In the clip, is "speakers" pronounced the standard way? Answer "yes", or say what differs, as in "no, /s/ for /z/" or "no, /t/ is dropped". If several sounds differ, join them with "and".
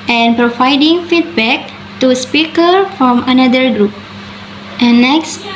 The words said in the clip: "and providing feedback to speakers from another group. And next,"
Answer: no, /z/ is dropped